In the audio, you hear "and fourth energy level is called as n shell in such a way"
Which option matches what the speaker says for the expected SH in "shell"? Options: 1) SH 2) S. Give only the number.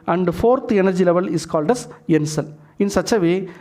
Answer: 2